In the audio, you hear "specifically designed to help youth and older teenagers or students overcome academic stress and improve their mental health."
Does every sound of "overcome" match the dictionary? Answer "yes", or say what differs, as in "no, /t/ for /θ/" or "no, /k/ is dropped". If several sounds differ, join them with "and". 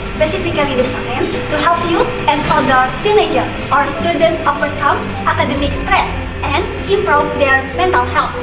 no, /p/ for /v/